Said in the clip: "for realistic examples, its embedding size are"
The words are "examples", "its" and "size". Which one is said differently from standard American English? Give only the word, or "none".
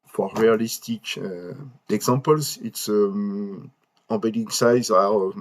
examples